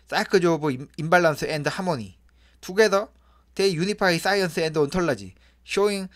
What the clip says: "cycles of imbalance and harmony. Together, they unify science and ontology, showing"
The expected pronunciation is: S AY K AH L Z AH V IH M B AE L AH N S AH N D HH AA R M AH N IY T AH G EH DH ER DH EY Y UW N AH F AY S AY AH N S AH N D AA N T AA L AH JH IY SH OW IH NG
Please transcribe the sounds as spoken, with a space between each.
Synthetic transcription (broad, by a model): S AY K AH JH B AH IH M B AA L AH N S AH N D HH AA M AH N IY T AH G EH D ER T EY Y UW N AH P AY S AY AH N S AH N D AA N T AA L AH JH IY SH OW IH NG